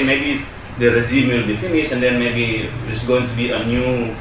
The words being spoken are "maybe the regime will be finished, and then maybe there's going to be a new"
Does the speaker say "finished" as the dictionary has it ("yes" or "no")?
no